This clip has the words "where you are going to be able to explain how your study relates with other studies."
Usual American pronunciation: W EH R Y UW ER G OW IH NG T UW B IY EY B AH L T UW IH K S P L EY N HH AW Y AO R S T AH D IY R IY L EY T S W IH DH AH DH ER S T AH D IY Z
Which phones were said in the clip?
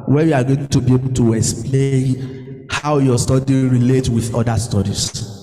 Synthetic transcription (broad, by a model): W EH Y UW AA G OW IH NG T UW B IY EY B AH L T UW IH K S P L EY N HH AW Y AO S T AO D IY R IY L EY T W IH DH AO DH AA S T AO D IY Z